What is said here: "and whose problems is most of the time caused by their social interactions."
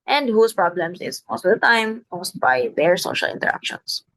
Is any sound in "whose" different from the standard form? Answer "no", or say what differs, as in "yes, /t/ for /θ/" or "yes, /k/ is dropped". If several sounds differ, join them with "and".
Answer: yes, /s/ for /z/